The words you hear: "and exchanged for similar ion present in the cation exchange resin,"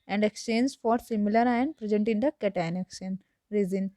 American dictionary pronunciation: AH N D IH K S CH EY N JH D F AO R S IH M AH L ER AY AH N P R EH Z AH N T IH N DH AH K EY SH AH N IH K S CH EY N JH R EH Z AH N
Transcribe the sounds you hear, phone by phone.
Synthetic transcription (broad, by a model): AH N D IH K S CH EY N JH F AO R S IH M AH L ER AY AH N P R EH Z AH N T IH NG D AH K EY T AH N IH K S EY N R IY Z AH N